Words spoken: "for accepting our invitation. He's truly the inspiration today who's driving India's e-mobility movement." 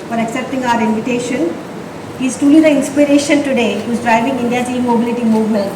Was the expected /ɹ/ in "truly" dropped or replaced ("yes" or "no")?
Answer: yes